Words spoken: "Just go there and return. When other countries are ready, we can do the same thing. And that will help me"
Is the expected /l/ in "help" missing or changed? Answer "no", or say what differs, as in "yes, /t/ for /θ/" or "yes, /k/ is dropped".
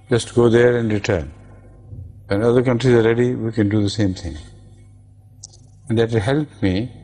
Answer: no